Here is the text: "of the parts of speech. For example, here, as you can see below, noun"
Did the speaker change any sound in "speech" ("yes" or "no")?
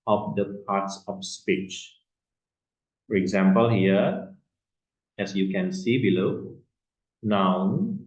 no